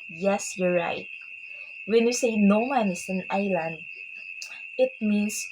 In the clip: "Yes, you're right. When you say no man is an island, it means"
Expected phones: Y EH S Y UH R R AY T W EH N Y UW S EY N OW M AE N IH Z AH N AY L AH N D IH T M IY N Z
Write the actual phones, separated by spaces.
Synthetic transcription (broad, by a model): Y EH S Y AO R R AY T W EH N Y UW S EY N OW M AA N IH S AH N AY L AH N D IH T M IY N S